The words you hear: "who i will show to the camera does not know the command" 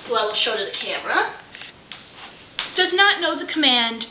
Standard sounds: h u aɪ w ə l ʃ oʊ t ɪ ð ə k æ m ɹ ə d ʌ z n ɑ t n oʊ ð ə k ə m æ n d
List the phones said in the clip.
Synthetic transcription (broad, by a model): w ə l ʃ oʊ t ɪ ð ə k æ m ɹ ə d ʌ z n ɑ t n oʊ ð ə k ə m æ n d